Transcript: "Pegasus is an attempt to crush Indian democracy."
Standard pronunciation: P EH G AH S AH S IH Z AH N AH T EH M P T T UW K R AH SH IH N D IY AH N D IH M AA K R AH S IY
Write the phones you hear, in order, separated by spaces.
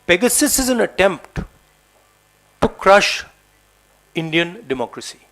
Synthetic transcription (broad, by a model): P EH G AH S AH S IH Z AH N AH T EH M P T T UW K R AH SH IH N D IY AH N D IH M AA K R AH S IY